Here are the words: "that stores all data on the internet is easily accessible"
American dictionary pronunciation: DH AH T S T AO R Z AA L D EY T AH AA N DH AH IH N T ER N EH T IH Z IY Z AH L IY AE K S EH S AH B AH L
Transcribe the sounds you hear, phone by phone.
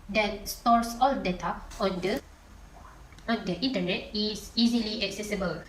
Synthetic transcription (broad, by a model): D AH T S T AO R S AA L D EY T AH AA N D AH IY N T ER N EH T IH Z IY Z AH L IY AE K S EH S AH B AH L